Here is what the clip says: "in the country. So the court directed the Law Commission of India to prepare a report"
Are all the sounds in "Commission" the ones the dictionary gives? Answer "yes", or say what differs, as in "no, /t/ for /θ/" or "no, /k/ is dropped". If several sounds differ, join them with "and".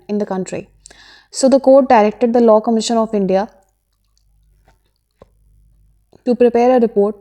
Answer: yes